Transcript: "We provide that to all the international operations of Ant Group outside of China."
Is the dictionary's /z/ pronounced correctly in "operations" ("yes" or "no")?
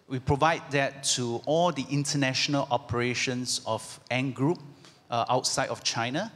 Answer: no